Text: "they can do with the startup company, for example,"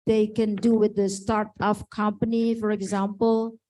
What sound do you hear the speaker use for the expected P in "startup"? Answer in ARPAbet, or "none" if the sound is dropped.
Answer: F